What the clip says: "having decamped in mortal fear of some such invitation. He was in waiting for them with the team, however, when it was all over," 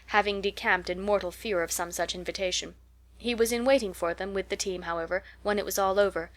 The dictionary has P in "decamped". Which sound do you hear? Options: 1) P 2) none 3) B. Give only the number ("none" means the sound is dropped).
1